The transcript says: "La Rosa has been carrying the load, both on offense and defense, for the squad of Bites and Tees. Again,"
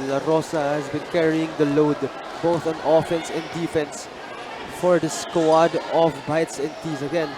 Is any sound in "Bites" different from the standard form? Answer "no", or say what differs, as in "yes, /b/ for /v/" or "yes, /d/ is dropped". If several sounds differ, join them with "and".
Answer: no